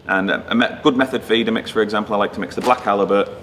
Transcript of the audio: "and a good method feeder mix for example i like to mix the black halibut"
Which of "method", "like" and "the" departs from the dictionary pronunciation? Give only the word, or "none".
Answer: none